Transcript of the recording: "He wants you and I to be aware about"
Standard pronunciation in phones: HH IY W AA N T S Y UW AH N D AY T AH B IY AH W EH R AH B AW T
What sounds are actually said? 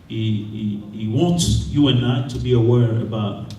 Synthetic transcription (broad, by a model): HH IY W AA N T S Y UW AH N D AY T AH B IY AH W EH R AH B AW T